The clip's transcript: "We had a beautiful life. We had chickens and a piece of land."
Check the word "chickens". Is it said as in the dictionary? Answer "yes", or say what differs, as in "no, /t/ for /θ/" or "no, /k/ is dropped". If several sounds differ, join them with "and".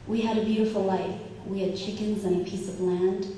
yes